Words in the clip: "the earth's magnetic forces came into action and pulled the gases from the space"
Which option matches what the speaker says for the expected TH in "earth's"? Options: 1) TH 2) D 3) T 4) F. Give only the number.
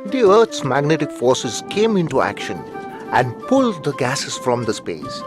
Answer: 3